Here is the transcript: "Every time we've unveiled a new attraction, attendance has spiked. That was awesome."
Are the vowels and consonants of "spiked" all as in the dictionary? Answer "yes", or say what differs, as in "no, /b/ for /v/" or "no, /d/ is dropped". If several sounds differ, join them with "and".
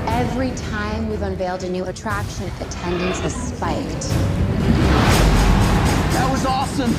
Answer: yes